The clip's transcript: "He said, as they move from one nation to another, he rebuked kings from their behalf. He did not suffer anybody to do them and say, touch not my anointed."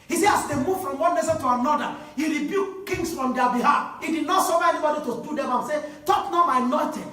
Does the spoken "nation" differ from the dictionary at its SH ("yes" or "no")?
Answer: yes